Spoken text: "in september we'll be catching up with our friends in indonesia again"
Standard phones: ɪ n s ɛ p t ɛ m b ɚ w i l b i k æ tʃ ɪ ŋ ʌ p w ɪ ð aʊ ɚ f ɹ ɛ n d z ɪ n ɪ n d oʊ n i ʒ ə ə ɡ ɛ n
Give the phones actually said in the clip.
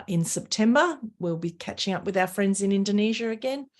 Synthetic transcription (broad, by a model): ɪ n s ɛ p t ɛ m b ɚ w i l b i k æ tʃ ɪ ŋ ʌ p w ɪ ð aʊ ɚ f ɹ ɛ n d z ɪ n ɪ n d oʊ n i ʒ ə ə ɡ ɛ n